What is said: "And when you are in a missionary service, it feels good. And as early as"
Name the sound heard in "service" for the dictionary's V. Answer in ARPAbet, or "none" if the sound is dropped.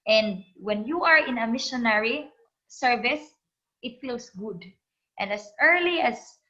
V